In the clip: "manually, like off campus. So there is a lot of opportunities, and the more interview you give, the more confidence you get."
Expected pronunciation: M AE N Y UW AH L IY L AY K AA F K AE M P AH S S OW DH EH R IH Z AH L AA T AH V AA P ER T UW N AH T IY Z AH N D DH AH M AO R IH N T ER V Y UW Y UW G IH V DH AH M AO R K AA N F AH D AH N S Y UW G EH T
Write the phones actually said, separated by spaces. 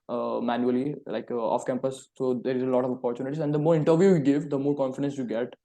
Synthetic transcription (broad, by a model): M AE N Y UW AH L IY L AY K AA F K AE M P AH S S OW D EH R IH Z AH L AA T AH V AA P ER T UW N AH T IY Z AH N D AH M AO R IH N T ER V Y UW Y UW G IH V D AH M AO R K AA N F AH D AH N S Y UW G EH T